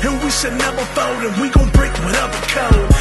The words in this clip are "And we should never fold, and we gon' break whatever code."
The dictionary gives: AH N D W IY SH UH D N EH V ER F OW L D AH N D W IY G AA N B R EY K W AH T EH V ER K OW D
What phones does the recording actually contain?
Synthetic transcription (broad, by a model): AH N W IY S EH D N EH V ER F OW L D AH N W IY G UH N B R EY K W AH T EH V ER K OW